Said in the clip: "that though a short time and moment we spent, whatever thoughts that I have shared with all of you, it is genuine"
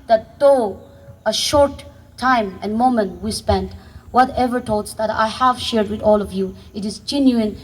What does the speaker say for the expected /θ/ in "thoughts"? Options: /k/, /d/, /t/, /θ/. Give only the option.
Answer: /t/